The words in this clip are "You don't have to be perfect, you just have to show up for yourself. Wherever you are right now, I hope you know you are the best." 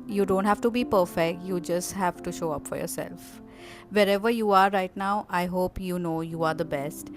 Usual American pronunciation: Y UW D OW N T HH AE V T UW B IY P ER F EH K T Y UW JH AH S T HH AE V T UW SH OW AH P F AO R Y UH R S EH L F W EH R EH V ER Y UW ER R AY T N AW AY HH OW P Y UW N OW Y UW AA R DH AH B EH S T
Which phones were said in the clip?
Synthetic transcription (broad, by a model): Y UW D OW N T HH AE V T UW B IY P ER F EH K T Y UW JH AH S T HH AE V T UW SH OW AH P F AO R Y UH R S EH L F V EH R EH V ER Y UW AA R AY T N AW AY HH OW P Y UW N OW Y UW AA R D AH B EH S T